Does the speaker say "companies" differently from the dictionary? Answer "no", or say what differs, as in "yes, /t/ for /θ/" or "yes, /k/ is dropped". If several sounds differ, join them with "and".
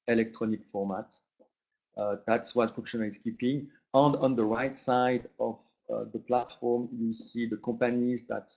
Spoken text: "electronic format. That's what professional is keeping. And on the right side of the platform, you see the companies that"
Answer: yes, /m/ is dropped